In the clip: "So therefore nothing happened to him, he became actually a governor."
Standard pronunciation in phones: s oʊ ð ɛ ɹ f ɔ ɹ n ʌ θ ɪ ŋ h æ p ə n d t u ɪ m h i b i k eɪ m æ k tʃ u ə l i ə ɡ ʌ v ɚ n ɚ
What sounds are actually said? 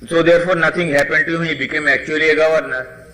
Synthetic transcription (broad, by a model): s oʊ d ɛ ɹ f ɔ ɹ n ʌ t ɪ ŋ h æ p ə n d t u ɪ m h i b i k eɪ m æ k tʃ u ə l i ə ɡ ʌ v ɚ n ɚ